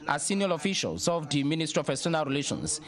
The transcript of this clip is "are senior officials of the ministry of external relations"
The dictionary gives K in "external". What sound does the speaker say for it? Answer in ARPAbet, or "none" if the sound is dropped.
none